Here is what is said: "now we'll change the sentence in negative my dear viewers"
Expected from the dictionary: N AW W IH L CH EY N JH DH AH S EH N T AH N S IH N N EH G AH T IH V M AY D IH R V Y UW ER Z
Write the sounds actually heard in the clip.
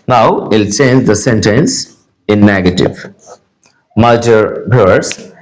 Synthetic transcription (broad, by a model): N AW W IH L CH EY N JH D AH S EH N T AH N S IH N N EH G AH T IH V M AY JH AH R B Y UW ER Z